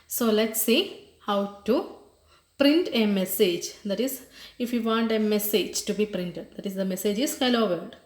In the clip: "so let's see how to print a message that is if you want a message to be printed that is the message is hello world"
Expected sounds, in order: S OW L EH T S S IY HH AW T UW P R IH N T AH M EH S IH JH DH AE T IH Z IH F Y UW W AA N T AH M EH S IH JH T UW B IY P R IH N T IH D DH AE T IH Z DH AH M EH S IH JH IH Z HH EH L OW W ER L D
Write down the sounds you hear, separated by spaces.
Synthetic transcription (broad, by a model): S OW L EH T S S IY HH AW T UW P R IH N T AH M EH S IH JH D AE T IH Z IH F Y UW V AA N T AH M EH S IH JH T UW B IY P R IH N T IH D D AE T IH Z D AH M EH S IH JH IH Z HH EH L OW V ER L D